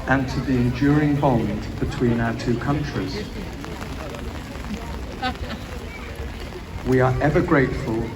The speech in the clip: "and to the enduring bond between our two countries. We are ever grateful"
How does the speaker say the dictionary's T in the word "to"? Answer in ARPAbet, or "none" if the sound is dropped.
T